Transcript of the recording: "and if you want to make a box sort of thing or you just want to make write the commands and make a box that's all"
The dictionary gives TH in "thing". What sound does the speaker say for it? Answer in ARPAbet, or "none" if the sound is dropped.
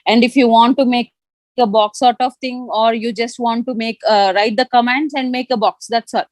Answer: T